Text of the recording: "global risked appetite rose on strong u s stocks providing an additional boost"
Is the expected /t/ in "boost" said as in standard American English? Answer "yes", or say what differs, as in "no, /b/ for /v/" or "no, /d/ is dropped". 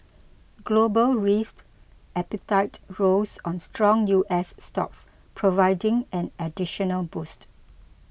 yes